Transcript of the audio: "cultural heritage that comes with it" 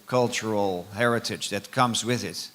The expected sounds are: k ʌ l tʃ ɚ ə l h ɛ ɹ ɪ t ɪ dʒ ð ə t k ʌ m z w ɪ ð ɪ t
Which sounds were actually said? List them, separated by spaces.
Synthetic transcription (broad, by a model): k ʌ l tʃ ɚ l h ɛ ɹ ɪ t ɪ dʒ ð ə t k ʌ m z w ɪ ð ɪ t